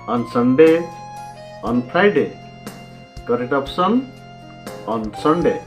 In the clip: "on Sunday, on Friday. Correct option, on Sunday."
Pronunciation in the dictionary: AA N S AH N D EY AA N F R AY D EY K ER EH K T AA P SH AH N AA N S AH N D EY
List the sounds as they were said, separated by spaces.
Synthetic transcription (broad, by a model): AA N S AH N D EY AA N P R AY D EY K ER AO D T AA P S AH N AA N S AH N D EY